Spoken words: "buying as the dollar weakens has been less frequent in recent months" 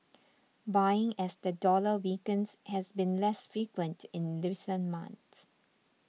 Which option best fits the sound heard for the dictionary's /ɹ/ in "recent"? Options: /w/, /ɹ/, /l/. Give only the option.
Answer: /l/